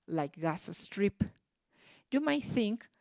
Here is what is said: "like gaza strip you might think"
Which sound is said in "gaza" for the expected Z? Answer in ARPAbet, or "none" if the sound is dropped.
S